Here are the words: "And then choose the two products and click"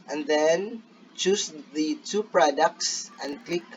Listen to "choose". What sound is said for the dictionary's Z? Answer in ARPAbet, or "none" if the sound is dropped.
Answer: S